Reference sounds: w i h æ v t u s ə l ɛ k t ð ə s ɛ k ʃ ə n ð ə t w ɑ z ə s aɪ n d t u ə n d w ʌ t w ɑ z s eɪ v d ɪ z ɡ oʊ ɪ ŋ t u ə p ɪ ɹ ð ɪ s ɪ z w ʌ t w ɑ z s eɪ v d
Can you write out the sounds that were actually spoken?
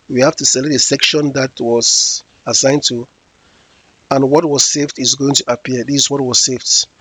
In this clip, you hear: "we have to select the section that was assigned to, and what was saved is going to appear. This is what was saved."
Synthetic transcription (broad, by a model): w i h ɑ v t u s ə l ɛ t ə s ɛ k ʃ ə n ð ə t w ɑ z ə s aɪ n t u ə n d w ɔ t w ɑ z s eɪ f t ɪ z ɡ oʊ ɪ ŋ t u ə p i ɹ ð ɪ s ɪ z w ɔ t w ɑ z s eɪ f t